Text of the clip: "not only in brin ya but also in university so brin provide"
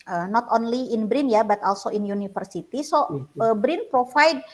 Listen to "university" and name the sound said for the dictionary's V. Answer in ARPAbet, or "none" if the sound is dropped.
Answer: F